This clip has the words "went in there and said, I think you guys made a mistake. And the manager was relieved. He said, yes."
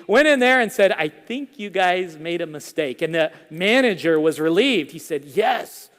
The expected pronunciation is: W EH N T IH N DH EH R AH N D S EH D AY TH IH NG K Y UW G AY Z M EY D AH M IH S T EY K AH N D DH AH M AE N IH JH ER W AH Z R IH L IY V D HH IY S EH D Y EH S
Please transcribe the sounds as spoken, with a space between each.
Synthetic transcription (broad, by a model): W EH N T IH N DH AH R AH N S EH D AY TH IH NG K Y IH G AY Z M EY D AH M IH S T EY K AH N DH AH M AE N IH JH ER W AH Z R IH L IY V D HH IY S EH D Y EH S